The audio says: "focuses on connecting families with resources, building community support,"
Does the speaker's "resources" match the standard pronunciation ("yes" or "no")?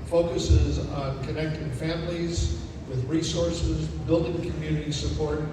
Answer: yes